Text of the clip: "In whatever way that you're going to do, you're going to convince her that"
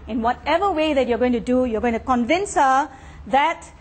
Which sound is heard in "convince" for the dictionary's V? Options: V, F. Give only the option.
V